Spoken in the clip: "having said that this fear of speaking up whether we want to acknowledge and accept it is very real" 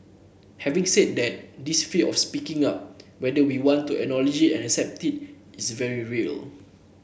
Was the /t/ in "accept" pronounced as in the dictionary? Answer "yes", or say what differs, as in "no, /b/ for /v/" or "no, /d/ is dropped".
yes